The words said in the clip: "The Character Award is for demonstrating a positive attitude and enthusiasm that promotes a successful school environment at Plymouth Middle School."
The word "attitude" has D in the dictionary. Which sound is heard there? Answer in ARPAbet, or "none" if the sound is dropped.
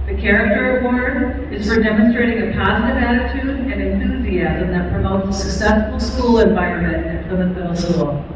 D